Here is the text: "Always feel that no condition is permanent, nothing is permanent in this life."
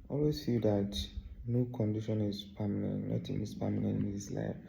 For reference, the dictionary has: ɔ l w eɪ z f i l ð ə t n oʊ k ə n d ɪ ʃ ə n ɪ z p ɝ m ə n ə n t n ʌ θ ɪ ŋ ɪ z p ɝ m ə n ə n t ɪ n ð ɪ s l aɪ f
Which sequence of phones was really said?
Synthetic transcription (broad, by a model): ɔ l w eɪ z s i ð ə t n oʊ k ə n d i ʃ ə n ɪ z p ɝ m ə n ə n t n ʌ t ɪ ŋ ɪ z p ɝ m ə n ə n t ɪ n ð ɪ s l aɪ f